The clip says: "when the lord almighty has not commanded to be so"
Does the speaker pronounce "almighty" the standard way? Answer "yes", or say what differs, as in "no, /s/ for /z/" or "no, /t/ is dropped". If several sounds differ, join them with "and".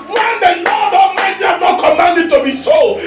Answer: no, /l/ is dropped